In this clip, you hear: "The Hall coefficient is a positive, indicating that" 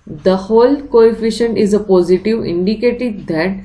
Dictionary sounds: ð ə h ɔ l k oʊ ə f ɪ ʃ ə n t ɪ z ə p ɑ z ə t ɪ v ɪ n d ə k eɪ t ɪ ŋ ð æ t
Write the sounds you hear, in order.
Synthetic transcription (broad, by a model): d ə h ɔ l k oʊ ə f ɪ ʃ ə n t ɪ z ə p ɑ z ə t ɪ v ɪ n d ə k eɪ t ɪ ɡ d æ t